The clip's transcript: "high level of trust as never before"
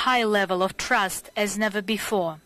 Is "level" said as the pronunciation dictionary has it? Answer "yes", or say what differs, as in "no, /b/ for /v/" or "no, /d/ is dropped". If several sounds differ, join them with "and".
yes